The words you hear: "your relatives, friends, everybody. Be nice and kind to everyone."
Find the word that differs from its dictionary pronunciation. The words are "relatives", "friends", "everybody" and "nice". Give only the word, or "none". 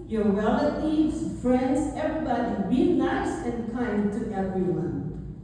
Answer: relatives